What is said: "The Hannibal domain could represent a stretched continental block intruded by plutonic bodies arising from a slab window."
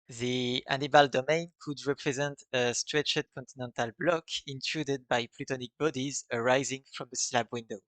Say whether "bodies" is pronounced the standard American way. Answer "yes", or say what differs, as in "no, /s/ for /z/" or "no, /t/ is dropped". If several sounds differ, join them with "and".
yes